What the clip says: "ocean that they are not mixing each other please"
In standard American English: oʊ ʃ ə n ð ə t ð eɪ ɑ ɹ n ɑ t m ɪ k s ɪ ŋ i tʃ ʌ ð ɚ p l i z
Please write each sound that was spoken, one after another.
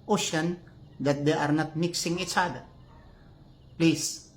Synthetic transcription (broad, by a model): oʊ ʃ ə n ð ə t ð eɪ ɑ ɹ n ɑ t m ɪ k s ɪ ŋ i tʃ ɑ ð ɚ p l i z